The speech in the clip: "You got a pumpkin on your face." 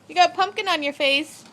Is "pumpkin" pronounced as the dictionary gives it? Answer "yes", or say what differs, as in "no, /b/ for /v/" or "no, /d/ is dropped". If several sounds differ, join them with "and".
yes